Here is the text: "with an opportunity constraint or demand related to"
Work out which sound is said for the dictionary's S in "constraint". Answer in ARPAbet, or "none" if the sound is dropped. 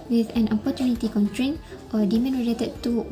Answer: none